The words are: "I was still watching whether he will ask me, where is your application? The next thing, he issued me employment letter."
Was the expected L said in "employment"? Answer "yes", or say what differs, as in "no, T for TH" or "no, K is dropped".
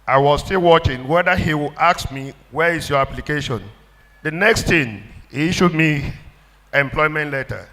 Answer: yes